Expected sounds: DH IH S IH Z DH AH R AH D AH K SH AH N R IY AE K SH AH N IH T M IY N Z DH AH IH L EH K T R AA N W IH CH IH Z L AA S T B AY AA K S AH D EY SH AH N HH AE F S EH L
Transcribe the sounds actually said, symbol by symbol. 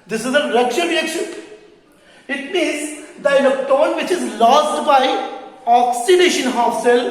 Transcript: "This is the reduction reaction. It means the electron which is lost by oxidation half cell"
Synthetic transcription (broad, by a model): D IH S IH Z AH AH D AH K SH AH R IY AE K SH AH N IH T M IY N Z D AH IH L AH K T AA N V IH CH IH Z L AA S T B AY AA K S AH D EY SH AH N HH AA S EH L